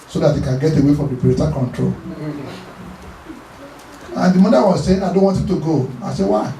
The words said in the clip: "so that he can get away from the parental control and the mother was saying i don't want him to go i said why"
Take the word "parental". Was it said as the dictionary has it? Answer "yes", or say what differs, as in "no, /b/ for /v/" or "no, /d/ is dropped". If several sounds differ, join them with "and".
no, /n/ is dropped